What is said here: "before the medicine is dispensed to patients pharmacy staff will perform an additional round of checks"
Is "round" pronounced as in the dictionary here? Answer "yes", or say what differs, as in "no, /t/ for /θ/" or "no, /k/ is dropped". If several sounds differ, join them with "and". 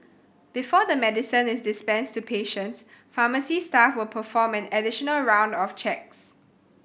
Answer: yes